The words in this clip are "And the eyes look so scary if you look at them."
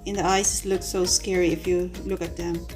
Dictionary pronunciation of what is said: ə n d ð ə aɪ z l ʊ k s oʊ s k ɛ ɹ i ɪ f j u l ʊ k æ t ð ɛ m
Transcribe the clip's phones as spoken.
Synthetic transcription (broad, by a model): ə n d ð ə aɪ s l ʊ k s oʊ s k ɛ ɹ i ɪ f j u l ʊ k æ t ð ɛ m